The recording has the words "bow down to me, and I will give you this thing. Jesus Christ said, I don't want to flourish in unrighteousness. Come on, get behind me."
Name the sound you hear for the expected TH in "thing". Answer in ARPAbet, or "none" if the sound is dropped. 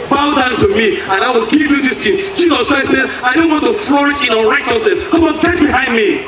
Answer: T